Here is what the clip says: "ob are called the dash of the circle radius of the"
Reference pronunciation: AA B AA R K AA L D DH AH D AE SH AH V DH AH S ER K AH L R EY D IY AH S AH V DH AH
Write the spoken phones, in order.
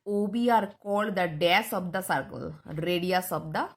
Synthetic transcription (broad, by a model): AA B AA R K AA L D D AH D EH S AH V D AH S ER K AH L R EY D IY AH S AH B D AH